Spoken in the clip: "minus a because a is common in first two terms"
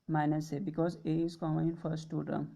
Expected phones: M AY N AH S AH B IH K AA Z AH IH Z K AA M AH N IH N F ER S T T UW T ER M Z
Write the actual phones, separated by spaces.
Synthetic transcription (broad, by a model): M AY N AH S AH B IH K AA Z AH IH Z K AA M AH IH N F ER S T T UW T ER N